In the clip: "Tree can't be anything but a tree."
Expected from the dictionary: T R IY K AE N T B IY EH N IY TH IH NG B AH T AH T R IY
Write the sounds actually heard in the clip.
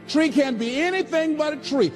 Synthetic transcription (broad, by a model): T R IY K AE N B IY EH N IY TH IH NG B AH T AH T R IY